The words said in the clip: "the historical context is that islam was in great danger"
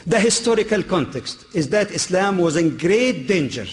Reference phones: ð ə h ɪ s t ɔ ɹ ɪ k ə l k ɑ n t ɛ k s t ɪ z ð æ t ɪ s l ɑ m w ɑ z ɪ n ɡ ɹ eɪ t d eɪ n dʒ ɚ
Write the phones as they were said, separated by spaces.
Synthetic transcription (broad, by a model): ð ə h ɪ s t ɔ ɹ ɪ k ə l k ɑ n t ɛ k s t ɪ z ð æ t ɪ s l ɑ m w ɑ z ɪ n ɡ ɹ eɪ t d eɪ n dʒ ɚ